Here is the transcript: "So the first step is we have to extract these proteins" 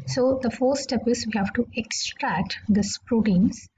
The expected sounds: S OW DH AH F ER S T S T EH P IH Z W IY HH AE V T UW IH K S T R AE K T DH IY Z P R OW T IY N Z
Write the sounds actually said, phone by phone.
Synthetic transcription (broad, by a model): S OW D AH F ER T S T EH P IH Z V IY HH AE V T UW IH K S T R AE K T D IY S P R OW T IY N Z